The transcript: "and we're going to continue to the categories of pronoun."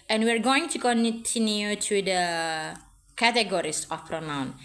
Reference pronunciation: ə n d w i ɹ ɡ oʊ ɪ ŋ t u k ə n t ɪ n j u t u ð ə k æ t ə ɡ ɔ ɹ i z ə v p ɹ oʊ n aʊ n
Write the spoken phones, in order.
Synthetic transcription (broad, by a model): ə n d w i ɹ ɡ oʊ ɪ ŋ t u k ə n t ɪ n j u t u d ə k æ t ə ɡ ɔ ɹ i s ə f p ɹ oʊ n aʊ n